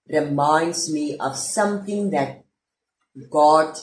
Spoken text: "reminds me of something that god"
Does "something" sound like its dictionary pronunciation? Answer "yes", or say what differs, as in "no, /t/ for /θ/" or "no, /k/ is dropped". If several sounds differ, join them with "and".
no, /t/ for /θ/